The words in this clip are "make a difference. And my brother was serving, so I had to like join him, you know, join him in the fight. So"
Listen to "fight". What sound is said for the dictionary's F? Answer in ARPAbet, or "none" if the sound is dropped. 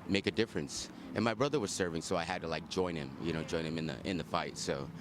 F